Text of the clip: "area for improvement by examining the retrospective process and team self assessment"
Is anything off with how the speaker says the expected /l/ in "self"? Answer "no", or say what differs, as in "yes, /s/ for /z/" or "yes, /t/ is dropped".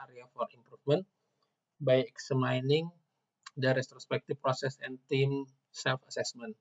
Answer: no